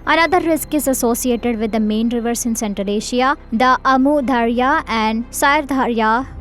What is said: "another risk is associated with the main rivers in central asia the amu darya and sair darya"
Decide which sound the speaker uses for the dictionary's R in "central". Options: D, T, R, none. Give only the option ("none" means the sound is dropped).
none